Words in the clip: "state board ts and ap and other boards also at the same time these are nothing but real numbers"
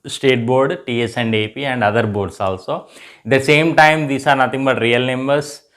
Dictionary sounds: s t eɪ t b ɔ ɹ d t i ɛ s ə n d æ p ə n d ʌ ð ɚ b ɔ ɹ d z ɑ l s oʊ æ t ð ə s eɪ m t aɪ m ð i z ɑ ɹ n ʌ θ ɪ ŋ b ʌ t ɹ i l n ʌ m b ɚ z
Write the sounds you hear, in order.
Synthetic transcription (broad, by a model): s t eɪ t b ɔ ɹ d t i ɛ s ə n d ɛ p ə n d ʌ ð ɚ b ɔ ɹ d s ɑ l s oʊ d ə s eɪ m t aɪ m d i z ɑ ɹ n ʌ t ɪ ŋ b ʌ t ɹ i l n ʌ m b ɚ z